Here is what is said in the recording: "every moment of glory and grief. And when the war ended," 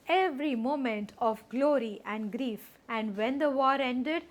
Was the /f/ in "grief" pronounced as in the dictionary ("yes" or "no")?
yes